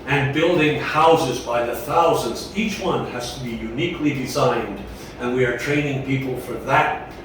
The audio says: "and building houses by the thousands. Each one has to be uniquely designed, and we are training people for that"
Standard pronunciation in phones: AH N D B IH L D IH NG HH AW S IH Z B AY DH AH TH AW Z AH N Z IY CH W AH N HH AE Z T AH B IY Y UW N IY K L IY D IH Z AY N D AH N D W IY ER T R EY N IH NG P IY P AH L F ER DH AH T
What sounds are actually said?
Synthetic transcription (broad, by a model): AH N B IH L D IH NG HH AW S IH Z B AY DH AH TH AW Z AH N Z IY CH W AH N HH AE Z T AH B IY Y UW N IY K L IY D IH Z AY N D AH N W IY ER T R EY N IH NG P IY P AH L F ER DH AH T